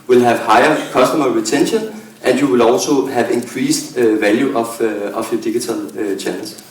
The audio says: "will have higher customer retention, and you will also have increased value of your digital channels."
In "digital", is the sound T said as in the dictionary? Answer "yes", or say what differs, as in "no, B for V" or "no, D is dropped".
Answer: no, S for T